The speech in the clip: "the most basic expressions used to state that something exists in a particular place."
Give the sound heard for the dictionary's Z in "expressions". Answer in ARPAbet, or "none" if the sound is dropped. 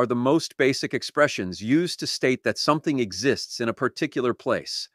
Z